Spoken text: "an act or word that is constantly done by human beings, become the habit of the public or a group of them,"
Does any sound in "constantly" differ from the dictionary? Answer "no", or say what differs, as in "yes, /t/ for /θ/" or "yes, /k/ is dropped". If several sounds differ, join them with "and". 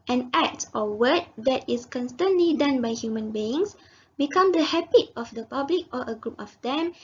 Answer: no